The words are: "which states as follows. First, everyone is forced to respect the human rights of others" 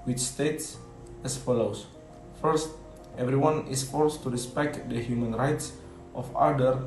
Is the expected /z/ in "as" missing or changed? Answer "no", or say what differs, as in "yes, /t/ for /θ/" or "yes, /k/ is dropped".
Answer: yes, /s/ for /z/